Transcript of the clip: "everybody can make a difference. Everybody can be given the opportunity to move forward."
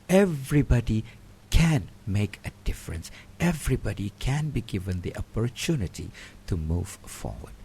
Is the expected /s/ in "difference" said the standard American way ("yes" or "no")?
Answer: yes